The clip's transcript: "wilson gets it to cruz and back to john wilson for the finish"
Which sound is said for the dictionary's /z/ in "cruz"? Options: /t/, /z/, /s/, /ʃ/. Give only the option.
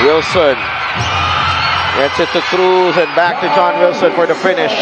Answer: /z/